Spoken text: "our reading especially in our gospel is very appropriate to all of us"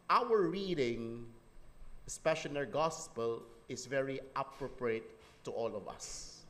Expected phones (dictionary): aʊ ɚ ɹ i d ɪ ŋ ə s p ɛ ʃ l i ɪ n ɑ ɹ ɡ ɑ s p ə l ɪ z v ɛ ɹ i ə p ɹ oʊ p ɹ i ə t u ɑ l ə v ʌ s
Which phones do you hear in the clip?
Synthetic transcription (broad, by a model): aʊ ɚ ɹ i d ɪ ŋ s p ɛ ʃ i n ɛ ɹ ɡ ɑ s p ə l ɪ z v ɛ ɹ i ə p ɹ oʊ p ɹ i ə t u ɑ l ə v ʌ s